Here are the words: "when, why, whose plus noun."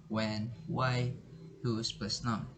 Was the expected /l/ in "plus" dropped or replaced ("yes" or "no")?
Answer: yes